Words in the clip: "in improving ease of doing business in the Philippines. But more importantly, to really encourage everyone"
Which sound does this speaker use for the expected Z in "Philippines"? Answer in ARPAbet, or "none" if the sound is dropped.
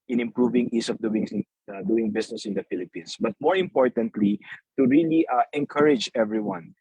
S